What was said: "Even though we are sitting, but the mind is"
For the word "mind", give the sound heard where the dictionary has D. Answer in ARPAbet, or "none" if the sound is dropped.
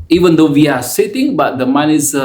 none